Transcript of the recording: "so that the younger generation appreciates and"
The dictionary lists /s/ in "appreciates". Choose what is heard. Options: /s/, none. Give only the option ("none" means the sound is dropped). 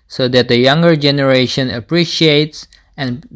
/s/